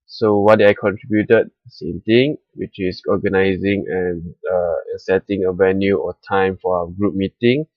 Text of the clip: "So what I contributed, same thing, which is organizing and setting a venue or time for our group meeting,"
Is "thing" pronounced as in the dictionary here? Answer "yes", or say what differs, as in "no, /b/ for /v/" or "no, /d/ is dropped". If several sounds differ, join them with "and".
no, /t/ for /θ/